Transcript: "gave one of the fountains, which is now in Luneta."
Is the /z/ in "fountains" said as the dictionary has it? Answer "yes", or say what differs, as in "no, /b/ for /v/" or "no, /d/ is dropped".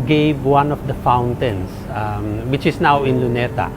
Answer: no, /s/ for /z/